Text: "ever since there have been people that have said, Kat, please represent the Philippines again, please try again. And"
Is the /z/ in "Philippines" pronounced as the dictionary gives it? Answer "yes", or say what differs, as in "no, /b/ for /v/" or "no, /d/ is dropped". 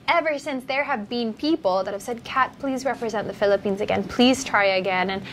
yes